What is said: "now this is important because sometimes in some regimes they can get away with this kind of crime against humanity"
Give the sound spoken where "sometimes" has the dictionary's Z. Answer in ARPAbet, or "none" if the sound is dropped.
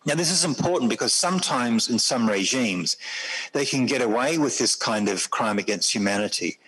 Z